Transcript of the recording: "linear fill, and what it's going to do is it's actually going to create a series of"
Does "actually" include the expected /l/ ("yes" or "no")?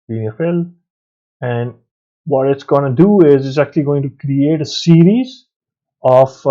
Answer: yes